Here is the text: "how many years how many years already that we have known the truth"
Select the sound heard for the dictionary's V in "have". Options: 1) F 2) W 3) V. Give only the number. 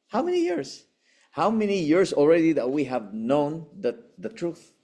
3